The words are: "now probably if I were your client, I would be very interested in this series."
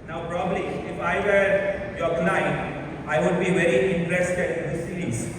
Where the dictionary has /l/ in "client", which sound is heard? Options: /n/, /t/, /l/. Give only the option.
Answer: /n/